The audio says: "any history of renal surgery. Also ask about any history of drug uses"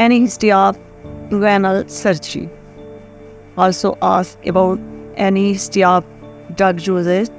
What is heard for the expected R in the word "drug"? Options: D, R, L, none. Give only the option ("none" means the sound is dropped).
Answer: none